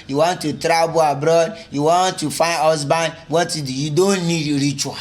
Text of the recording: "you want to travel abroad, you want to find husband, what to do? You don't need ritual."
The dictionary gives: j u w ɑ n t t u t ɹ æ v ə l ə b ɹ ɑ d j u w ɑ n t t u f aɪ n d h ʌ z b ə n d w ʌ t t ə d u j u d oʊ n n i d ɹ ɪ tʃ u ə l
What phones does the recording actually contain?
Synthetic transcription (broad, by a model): j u w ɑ n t t u t ɹ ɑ b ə ə b ɹ ɑ d j u w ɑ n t t u f aɪ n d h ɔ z b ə n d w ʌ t t ə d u j u d oʊ n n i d ɹ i tʃ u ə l